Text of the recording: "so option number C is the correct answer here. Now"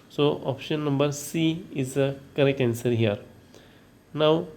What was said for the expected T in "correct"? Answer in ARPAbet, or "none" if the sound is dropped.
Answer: none